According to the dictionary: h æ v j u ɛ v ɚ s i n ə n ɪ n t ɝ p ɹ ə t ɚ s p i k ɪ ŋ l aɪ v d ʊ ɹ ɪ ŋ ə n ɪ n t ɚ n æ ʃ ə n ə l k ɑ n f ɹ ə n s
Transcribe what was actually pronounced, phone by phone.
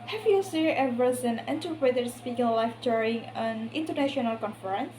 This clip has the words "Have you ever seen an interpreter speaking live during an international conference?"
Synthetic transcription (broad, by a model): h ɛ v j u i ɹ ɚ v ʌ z ə n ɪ n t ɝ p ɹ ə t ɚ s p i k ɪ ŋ l aɪ f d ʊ ɹ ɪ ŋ ə n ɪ n t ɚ n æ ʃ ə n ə l k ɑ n f ɹ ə n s